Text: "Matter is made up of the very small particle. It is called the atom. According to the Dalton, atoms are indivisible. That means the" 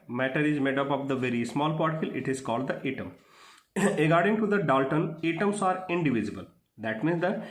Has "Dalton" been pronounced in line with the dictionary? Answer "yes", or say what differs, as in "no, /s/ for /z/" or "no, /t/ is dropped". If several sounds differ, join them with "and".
yes